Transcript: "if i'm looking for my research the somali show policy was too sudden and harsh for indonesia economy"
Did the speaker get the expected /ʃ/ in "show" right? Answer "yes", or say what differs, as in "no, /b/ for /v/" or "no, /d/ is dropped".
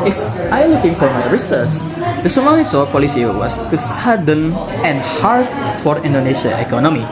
no, /s/ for /ʃ/